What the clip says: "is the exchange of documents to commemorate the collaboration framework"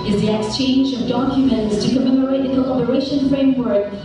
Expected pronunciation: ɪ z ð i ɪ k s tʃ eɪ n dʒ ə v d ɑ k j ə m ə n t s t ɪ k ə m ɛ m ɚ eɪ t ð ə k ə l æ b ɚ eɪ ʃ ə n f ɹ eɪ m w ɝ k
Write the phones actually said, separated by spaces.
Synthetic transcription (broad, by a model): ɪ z ð i ɪ k s tʃ eɪ n dʒ ə v d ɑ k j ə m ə n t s t ɪ k ə m ɛ m ɚ eɪ t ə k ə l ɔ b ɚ eɪ ʃ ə n f ɹ eɪ m w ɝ k